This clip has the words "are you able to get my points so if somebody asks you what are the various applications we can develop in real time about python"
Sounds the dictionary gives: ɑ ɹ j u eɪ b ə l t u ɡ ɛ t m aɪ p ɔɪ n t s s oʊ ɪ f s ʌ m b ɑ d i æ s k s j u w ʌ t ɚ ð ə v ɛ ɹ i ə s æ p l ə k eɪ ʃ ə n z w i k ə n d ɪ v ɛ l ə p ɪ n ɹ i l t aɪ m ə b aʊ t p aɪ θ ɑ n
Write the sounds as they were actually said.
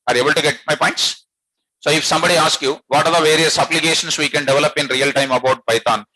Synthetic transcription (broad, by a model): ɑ ɹ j eɪ b ə l t u ɡ ɛ t m aɪ p ɔɪ n t s s oʊ ɪ f s ʌ m b ɑ d i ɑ s k j u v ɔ t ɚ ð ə v ɛ ɹ i ə s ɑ b l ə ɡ eɪ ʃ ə n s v i k ə n d ɪ v ɛ l ə p ɪ n ɹ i l t aɪ m ə b aʊ t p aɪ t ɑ n